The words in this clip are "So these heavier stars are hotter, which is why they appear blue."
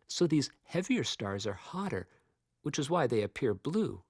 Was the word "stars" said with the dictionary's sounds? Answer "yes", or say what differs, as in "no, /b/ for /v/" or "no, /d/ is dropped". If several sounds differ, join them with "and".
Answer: yes